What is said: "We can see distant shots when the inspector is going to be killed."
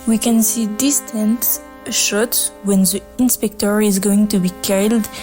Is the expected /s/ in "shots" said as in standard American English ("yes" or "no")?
no